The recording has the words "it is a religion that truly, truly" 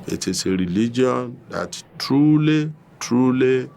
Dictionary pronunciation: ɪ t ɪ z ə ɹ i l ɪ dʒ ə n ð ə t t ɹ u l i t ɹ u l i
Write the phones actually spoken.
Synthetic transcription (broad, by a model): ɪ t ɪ s ə ɹ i l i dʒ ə n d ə t t ɹ u l i t ɹ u l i